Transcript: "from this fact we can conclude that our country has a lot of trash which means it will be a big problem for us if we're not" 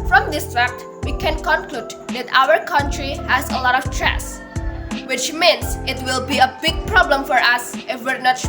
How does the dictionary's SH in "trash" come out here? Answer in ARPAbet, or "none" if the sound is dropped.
S